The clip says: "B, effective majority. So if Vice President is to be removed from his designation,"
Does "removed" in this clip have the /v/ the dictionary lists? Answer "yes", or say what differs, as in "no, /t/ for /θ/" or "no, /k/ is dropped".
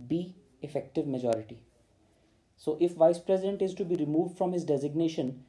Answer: yes